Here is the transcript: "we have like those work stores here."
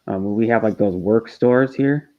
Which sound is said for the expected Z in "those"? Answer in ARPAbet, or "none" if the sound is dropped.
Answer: Z